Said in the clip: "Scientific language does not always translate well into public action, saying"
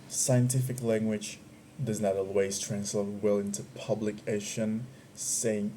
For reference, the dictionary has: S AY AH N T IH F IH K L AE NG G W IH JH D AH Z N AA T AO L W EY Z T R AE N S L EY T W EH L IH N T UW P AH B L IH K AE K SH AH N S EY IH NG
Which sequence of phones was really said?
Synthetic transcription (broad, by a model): S AY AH N T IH F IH K L AE NG G W IH JH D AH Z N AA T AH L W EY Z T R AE N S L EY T W EH L IH N T UW P AH B L IH K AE SH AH N S EY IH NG